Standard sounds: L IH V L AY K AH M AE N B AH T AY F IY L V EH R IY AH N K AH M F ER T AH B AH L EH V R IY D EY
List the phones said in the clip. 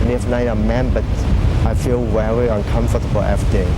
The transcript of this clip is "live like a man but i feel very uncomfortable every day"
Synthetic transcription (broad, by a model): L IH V N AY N AH M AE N B AH T AY F IY L W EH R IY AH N K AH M F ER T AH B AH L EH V R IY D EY